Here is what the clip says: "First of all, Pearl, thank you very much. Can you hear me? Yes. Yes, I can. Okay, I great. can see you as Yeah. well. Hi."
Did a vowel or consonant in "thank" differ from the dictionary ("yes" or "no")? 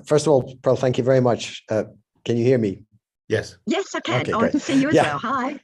no